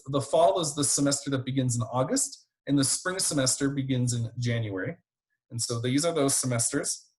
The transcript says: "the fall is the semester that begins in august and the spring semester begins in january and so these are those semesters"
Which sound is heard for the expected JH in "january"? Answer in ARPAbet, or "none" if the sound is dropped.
JH